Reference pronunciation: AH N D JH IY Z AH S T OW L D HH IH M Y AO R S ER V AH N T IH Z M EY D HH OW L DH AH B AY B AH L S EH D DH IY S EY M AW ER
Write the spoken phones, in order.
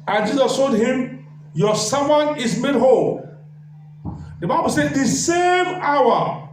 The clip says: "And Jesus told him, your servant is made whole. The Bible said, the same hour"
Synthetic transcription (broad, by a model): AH N JH IY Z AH S T OW L D HH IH M Y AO S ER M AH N IH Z M EY D HH OW L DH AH B AY B AH L S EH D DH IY S EY M AW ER